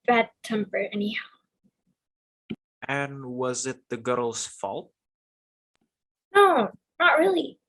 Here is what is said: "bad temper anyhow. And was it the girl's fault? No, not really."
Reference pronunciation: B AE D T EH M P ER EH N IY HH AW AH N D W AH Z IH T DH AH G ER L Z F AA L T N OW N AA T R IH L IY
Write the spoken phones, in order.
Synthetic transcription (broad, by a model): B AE D T EH M P ER EH N IY HH AW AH N W AH Z IH T DH AH G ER L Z F AA L T N OW N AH T R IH L IY